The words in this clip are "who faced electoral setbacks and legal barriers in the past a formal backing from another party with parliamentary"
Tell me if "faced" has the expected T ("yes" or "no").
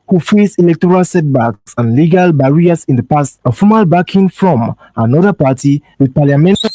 no